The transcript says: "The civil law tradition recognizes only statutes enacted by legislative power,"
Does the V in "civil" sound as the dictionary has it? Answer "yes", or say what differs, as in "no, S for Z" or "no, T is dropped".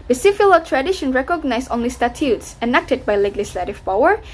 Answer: no, F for V